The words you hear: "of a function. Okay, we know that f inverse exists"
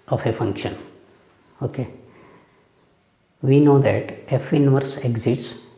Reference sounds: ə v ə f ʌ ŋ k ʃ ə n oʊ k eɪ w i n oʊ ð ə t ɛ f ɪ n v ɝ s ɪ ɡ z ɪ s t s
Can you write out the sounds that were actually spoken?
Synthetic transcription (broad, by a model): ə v ə f ʌ ŋ k ʃ ə n oʊ k eɪ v i n oʊ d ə t ɛ f ɪ n v ɝ s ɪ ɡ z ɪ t s